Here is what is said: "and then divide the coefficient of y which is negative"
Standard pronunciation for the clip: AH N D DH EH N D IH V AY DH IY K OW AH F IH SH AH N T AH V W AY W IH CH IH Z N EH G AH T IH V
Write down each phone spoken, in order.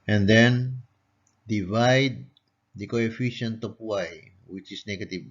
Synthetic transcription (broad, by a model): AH N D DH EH N D IH V AY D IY K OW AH F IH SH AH N T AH P W AY W IH CH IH S N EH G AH T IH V